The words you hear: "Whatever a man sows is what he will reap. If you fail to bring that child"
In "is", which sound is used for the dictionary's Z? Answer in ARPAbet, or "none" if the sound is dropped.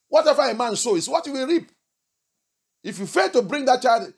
S